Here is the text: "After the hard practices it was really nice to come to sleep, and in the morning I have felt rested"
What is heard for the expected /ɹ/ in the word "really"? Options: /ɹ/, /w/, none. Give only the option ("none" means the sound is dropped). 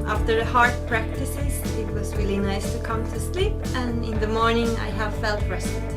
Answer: /w/